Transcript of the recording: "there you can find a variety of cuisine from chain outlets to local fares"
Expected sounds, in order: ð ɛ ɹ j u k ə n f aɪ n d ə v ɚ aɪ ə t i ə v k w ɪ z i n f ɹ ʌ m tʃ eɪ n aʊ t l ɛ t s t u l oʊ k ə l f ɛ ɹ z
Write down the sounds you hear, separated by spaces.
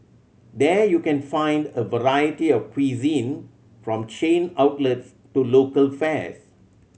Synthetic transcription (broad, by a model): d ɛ j u k ə n f aɪ n d ə v ɚ aɪ ə t i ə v k w ɪ z i n f ɹ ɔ m tʃ eɪ n aʊ t l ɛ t s t u l oʊ k ə l f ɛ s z